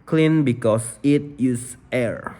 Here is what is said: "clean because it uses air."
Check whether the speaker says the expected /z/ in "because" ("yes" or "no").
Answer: no